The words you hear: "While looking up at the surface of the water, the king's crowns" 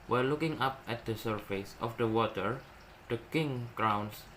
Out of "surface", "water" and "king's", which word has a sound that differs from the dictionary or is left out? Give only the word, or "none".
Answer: king's